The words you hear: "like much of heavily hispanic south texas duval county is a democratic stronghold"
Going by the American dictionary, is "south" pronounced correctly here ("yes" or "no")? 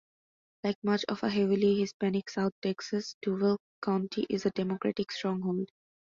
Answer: no